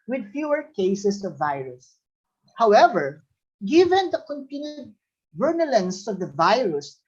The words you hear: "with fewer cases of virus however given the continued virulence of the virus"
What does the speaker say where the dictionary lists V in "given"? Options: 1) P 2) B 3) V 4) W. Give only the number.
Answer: 3